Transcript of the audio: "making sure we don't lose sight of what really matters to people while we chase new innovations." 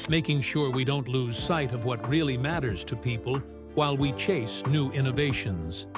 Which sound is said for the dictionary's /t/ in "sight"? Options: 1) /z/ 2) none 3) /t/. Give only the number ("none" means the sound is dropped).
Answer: 3